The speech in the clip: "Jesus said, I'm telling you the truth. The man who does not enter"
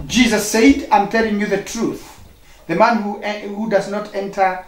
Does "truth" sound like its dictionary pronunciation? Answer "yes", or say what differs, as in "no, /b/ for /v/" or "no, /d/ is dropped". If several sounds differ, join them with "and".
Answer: yes